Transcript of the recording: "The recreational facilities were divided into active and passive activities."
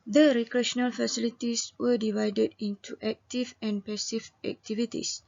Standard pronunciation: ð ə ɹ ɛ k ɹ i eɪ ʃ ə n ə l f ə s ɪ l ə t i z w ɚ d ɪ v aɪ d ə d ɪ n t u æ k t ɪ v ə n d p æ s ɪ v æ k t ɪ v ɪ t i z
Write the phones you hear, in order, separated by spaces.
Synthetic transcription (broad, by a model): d ə ɹ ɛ k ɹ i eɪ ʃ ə n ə l f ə s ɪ l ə t i s w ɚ d ɪ v aɪ d ə d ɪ n t u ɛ k t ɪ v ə n p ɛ s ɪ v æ k t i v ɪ t i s